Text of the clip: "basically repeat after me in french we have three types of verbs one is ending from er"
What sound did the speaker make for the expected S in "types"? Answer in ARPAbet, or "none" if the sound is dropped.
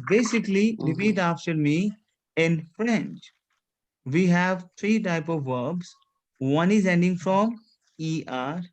none